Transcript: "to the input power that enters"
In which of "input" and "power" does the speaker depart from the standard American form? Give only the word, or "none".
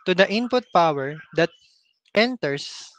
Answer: none